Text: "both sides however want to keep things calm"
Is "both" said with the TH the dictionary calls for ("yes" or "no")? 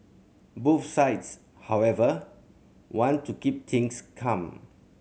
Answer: no